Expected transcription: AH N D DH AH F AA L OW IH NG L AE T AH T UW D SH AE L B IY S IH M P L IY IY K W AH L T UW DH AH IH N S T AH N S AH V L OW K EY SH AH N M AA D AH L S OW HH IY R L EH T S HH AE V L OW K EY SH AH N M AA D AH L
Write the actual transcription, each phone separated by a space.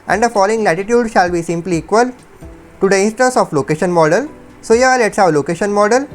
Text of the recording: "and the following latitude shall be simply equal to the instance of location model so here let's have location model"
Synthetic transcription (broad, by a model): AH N D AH F AA L OW IH NG L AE T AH T UW D SH AE L B IY S IH M P L IY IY K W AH L T UW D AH IH N S T AH N S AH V L OW K EY SH AH N M AA D AH L S OW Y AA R L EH T S HH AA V L OW K EY SH AH N M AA D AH L